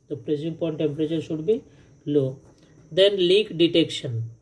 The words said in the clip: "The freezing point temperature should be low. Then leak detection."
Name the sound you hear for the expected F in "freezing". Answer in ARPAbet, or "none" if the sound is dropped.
P